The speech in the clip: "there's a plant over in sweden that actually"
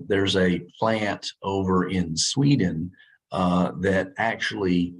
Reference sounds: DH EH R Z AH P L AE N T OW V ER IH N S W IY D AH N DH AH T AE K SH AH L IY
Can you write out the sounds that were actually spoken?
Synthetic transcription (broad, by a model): DH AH R Z AH P L AE N T OW V ER IH N S W IY D N DH AH T AE K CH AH L IY